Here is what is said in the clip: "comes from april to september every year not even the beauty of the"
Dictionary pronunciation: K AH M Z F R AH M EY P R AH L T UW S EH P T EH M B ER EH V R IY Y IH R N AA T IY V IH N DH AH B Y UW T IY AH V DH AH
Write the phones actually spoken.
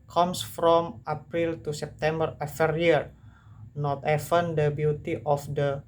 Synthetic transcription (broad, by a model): K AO M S F R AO M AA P R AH L T UW S EH P T EH M B ER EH F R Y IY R N AA T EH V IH N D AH B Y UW T IY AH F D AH